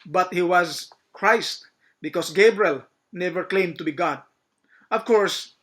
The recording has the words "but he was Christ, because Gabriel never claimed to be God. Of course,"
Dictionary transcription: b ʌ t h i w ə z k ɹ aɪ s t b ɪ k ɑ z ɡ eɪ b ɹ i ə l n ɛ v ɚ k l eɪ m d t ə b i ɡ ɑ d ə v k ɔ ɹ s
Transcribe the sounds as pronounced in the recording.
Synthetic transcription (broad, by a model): b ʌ t h i w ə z k ɹ aɪ s t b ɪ k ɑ s ɡ eɪ b ɹ i ə l n ɛ v ɚ k l eɪ m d t ə b i ɡ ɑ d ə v k ɔ ɹ s